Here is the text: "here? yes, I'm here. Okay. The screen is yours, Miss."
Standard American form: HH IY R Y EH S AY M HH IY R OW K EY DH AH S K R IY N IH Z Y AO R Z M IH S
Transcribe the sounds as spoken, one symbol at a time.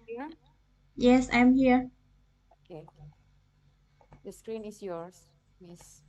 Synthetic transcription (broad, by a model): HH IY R Y EH S AY M HH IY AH OW K EY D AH S K R IY N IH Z Y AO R S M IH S